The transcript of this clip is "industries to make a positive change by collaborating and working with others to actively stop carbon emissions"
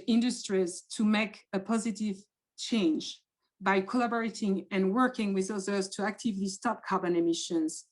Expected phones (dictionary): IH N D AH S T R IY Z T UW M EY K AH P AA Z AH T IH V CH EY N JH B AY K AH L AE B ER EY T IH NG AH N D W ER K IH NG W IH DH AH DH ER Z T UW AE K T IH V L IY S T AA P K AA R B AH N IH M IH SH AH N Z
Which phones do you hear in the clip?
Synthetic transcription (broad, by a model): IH N D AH S T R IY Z T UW M EY K AH P AA Z AH T IH V CH EY N JH B AY K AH L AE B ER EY T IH NG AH N W ER K IH NG W IH DH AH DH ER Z T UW AE K T IH V L IY S T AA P K AA R B AH N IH M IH SH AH N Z